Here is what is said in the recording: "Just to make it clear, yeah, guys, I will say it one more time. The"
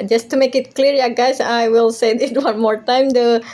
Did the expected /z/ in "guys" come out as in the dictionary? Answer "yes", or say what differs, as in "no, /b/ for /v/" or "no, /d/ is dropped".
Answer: no, /s/ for /z/